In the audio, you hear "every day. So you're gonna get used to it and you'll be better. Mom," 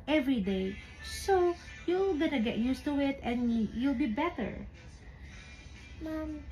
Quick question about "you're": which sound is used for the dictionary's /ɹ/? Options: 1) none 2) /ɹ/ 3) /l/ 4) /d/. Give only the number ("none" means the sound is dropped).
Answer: 3